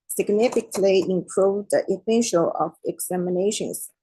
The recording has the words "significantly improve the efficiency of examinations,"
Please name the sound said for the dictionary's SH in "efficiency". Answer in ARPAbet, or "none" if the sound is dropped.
S